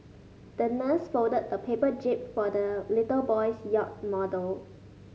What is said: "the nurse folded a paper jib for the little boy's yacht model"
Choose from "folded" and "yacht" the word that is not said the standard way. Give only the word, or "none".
folded